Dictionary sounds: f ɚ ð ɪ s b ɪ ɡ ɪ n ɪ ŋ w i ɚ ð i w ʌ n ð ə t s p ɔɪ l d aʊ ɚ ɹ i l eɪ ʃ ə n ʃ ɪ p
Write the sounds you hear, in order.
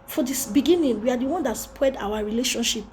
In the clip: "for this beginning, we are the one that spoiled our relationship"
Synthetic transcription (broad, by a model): f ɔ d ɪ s b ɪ ɡ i n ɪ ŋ w i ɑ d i w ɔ n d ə t s p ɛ d aʊ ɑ ɹ i l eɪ ʃ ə n ʃ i p